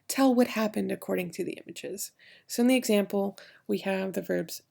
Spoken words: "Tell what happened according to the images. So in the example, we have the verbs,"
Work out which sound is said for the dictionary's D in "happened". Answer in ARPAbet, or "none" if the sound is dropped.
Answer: D